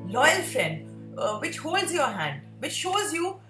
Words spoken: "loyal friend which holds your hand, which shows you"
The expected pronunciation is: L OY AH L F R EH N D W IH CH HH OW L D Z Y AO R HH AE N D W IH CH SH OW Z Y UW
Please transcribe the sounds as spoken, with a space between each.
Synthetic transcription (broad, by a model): L OY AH L F R EH N D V IH CH HH OW L D Z Y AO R HH AE N D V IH CH SH OW Z Y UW